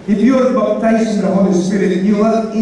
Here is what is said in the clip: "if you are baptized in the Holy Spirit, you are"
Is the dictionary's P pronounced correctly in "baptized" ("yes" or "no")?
no